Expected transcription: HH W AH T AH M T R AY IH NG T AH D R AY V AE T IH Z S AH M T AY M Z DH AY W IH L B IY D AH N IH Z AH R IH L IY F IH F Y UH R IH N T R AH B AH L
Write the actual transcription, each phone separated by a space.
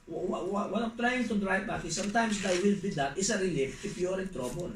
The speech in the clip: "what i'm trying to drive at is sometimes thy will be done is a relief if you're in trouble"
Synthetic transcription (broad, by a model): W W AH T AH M T R AY IH NG T AH D R AY B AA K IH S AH M T AY M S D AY W IH L B IY D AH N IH S AH R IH L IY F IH P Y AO R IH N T R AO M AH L